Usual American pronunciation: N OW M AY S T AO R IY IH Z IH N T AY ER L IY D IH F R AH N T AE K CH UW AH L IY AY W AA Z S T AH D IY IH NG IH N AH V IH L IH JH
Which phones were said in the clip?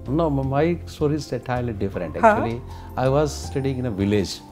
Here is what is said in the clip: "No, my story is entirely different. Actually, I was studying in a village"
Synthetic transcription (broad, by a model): N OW M AY S T AO R IY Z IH T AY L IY D IH F R AH N T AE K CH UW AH L IY AY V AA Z S T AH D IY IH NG IH N AH V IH L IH JH